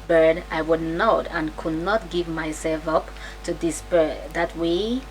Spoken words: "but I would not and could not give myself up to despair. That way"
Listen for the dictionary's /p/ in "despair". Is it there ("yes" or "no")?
no